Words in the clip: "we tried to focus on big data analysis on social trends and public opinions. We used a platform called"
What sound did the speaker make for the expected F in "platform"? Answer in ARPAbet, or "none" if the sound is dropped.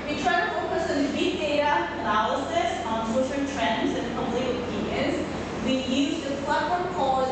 none